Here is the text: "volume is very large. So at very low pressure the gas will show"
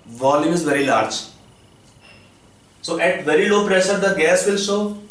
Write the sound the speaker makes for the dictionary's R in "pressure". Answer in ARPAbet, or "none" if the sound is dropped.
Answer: R